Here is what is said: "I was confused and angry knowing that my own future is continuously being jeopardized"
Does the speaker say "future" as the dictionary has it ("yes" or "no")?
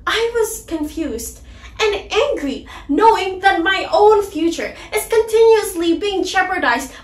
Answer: yes